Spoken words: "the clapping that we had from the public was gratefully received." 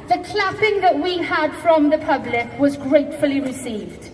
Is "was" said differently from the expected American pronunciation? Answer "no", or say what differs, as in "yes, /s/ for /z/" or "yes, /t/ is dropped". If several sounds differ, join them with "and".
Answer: no